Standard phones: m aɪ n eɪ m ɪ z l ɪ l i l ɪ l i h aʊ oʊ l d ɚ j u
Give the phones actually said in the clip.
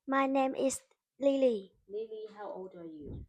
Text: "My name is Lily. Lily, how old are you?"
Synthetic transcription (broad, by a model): m aɪ n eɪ m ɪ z l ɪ l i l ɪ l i h aʊ oʊ l d ɚ j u